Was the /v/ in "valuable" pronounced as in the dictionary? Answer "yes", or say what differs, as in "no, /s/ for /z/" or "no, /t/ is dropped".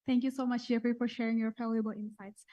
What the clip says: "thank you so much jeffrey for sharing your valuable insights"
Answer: no, /f/ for /v/